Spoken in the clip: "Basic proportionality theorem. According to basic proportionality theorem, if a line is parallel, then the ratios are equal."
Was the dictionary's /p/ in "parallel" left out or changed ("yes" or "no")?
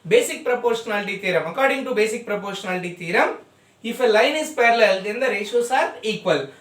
no